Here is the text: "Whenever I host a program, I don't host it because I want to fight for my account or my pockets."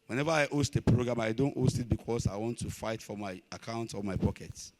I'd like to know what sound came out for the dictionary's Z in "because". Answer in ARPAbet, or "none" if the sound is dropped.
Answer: S